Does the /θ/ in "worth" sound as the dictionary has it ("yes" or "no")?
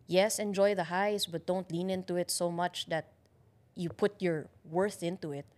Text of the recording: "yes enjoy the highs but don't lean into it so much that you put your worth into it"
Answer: yes